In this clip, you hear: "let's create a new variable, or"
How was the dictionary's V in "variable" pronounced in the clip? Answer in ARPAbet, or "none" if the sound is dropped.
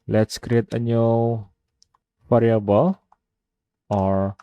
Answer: F